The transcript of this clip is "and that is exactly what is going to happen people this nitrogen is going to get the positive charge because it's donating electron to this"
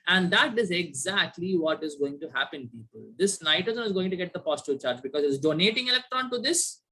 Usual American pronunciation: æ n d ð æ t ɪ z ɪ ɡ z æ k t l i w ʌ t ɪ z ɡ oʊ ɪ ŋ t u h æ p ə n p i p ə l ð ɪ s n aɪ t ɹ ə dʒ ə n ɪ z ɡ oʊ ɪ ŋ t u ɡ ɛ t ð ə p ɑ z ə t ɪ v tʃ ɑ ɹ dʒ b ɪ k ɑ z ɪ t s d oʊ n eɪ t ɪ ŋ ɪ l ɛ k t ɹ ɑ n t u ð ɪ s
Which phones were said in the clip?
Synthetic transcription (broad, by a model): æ n d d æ t ɪ z ɪ ɡ z æ k t l i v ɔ t ɪ z ɡ oʊ ɪ ŋ t u h æ p ə n p i p ə l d ɪ s n aɪ t ə z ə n ɪ z ɡ oʊ ɪ ŋ t u ɡ ɛ t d ə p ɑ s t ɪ tʃ ɑ ɹ dʒ b ɪ k ɑ z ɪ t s d oʊ n eɪ t ɪ ŋ ɪ l ɛ k t ɹ ɑ n t u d ɪ s